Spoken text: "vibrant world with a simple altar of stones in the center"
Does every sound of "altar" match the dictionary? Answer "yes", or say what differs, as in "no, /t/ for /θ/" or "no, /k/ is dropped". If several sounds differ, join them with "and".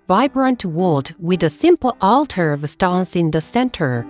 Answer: yes